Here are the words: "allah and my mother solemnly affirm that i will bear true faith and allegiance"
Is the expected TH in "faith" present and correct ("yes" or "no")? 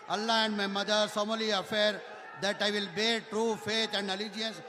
no